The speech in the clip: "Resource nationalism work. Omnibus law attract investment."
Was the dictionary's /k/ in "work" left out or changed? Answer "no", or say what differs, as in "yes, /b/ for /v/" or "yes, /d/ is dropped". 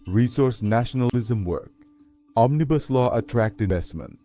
no